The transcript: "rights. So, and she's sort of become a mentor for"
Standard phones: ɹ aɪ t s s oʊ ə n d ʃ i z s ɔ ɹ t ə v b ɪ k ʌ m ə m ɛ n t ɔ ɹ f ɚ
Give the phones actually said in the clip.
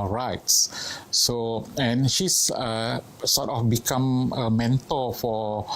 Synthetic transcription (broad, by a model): ɹ aɪ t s s oʊ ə n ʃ i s s ɔ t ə f b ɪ k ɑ m ə m ɛ n t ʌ l f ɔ